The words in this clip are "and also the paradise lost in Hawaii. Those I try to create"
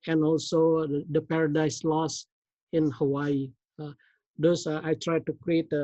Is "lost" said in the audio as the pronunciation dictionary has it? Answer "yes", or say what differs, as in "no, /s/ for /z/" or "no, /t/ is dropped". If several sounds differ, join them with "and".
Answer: no, /t/ is dropped